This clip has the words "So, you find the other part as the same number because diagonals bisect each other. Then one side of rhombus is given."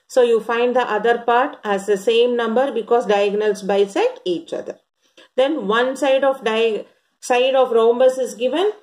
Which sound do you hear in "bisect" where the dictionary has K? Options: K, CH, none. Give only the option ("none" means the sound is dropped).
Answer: none